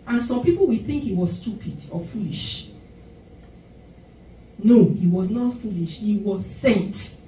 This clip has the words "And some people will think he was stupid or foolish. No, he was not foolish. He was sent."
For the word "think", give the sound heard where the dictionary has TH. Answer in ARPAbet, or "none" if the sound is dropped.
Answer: TH